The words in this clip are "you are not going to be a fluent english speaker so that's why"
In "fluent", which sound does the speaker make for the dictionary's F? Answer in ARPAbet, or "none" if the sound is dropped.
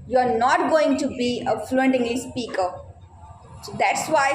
F